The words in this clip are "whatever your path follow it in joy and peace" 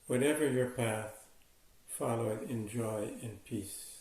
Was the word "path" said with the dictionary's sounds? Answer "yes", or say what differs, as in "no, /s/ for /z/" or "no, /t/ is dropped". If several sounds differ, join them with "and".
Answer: yes